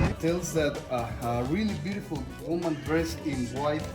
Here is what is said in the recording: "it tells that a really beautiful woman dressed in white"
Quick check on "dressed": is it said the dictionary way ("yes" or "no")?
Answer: no